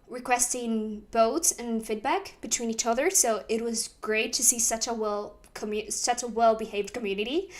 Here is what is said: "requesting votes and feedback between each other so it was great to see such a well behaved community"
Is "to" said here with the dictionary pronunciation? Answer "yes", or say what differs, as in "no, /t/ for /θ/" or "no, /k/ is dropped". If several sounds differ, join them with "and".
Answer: no, /s/ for /t/